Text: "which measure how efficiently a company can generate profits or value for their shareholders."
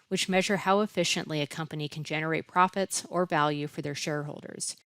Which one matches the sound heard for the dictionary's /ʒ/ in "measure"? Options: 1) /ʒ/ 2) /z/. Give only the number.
1